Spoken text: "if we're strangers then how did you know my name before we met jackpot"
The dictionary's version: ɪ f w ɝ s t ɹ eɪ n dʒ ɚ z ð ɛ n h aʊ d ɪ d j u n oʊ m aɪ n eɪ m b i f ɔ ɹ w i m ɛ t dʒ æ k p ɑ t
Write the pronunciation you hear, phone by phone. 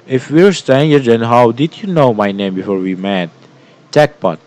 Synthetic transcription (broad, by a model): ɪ f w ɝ s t eɪ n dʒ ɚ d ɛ n h aʊ d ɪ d j u n oʊ m aɪ n eɪ m b i f ɔ ɹ w i m ɛ t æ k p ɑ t